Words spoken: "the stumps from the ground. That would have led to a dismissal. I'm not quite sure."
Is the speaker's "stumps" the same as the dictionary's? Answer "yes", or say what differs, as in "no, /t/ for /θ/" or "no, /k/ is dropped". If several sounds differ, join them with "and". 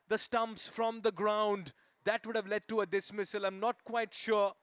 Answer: yes